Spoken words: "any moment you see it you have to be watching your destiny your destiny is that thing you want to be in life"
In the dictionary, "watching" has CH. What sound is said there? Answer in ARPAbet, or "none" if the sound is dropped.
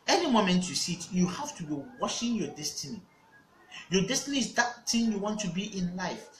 SH